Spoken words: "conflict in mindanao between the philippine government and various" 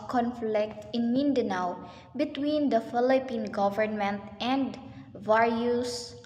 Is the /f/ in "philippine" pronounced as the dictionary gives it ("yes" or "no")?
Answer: yes